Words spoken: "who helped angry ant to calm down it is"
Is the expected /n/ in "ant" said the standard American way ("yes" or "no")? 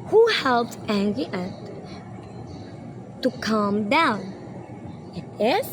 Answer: no